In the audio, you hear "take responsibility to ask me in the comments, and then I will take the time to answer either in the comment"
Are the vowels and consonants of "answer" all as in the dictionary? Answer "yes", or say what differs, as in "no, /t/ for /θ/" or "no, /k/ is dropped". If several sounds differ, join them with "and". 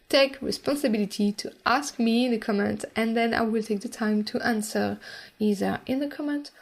yes